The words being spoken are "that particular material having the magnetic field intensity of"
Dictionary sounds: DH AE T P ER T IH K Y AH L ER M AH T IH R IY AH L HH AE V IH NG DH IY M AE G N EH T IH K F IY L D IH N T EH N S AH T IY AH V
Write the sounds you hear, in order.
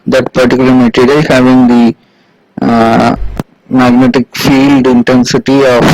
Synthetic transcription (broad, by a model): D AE T P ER T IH K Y L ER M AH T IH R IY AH HH AE V IH NG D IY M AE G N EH T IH K F IY L D IH N T EH N S AH T IY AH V